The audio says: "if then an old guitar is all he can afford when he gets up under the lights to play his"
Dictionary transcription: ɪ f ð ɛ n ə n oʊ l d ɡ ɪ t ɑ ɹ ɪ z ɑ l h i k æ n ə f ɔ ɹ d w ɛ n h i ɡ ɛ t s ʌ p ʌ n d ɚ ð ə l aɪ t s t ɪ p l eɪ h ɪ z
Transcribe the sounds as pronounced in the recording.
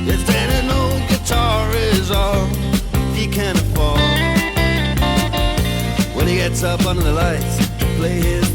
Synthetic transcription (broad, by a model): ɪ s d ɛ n ə n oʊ ɡ ɪ t ɑ ɹ ɪ z ɑ l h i k æ n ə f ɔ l w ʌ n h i ɡ ɛ t s ʌ p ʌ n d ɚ ð ə l aɪ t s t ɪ p l eɪ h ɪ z